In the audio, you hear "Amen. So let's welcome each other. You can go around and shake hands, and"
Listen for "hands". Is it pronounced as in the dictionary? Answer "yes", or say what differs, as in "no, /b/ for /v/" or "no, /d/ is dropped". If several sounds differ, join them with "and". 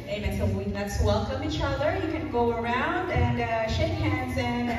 yes